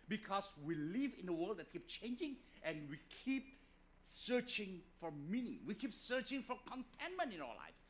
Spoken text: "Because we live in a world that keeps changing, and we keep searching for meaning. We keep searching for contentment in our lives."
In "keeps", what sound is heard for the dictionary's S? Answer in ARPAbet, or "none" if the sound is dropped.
none